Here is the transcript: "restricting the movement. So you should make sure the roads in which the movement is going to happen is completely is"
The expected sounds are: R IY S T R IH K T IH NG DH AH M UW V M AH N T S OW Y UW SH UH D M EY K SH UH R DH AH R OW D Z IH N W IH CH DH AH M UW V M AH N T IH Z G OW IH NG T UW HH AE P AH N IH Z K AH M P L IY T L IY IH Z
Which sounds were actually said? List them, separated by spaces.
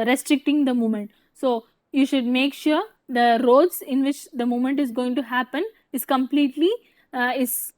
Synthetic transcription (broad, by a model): R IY S T R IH K T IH NG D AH M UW M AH N T S OW Y UW SH UH D M EY K SH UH R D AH R OW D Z IH N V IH CH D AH M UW M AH N T IH Z G OW IH NG T UW HH AE P AH N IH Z K AH M P L IY T L IY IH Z